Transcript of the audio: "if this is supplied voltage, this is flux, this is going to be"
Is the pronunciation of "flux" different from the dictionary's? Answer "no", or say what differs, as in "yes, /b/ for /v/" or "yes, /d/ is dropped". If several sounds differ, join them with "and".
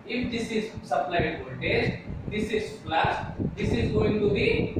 yes, /k/ is dropped